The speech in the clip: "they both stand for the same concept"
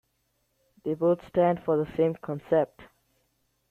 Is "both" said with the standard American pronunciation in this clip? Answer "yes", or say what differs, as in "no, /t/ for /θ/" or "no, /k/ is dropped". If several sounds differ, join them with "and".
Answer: no, /t/ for /θ/